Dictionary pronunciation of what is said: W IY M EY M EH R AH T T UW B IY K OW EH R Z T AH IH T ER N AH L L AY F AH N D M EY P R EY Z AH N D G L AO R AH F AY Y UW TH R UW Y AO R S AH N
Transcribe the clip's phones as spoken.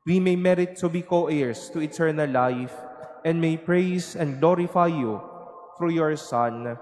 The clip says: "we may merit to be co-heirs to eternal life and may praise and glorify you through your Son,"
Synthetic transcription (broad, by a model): W IY M EY M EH R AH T T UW B IY K OW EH R S T AH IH T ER N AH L L AY F AH N D M EY P R EY S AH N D G L AO R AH F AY Y UW F R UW Y AO R S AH N